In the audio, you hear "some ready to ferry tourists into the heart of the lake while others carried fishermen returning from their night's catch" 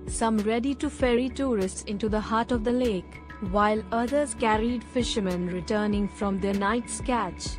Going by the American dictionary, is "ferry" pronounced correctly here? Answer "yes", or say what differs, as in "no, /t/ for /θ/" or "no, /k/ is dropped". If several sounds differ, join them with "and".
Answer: yes